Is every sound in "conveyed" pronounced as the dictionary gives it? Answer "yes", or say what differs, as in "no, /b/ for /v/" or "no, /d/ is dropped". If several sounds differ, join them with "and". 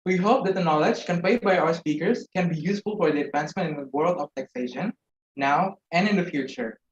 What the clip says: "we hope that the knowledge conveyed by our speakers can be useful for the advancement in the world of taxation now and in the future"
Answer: no, /p/ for /v/